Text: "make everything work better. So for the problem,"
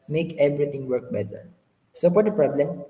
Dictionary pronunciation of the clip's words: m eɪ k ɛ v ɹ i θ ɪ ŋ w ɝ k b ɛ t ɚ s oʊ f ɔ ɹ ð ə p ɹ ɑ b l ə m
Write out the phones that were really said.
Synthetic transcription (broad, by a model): m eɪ k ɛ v ɹ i t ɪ ŋ w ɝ k b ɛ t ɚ s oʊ p ɔ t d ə p ɹ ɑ b l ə m